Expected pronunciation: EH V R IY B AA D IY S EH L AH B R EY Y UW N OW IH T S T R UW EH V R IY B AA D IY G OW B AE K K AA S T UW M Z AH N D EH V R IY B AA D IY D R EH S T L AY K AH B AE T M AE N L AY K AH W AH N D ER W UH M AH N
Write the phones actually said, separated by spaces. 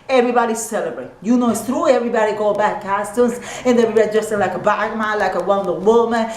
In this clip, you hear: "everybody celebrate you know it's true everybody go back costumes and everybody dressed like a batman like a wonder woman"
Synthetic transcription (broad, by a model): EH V R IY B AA D IY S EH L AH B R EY Y UW N OW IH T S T R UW EH V R IY B AA D IY G OW B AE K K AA S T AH Z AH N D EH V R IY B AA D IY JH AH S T L AY K AH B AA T M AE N L AY K AH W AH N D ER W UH M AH N